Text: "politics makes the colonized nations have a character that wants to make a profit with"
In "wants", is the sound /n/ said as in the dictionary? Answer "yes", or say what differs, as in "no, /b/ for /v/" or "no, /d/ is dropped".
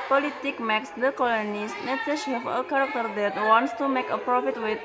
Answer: yes